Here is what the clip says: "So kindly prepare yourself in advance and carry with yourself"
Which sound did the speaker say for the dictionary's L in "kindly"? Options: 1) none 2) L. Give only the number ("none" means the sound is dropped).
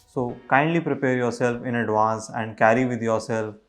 2